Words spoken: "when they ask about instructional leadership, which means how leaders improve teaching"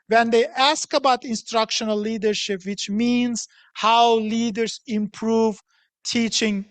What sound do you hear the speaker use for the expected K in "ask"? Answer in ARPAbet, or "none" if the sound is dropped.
K